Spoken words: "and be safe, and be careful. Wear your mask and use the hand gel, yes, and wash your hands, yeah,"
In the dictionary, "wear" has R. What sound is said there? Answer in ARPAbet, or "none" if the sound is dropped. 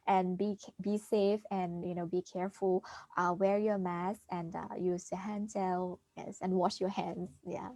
R